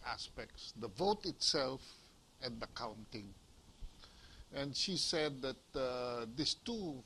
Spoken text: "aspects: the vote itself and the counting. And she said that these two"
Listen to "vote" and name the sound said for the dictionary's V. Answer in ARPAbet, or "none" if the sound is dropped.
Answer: V